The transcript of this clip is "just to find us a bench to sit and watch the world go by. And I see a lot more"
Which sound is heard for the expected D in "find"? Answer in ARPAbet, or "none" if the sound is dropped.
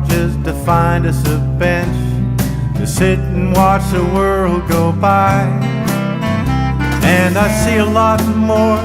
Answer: D